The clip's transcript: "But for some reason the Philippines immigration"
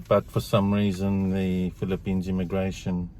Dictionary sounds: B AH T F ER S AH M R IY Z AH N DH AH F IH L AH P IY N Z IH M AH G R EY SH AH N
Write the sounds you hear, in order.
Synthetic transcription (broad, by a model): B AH T F ER S AH M R IY Z AH N DH AH F IH L AH P IY N Z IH M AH G R EY SH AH N